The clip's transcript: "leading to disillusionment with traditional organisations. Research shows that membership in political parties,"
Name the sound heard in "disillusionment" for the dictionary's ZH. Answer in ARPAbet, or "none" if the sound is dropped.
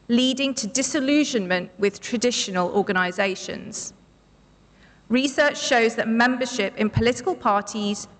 ZH